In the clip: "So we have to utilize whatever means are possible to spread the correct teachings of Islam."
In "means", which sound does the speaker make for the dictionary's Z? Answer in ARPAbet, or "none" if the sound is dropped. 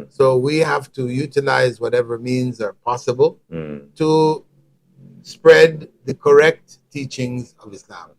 Z